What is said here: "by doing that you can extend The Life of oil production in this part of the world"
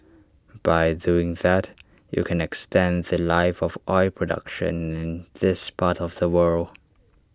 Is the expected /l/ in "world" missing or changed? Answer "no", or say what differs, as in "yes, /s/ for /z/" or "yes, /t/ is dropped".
no